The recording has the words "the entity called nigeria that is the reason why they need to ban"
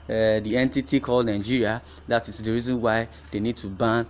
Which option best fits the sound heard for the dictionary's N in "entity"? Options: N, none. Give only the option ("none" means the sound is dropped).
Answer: N